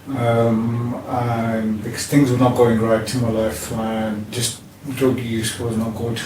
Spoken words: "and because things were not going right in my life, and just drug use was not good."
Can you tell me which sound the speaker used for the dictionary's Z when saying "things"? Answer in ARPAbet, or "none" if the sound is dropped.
Z